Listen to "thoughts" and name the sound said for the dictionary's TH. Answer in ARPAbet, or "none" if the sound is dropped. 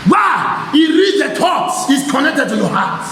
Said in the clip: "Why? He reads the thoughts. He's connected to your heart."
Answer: T